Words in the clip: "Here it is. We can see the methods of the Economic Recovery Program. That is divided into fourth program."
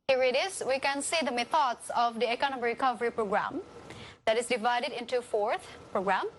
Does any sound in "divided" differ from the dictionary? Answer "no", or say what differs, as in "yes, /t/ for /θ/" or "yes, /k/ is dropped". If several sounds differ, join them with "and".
no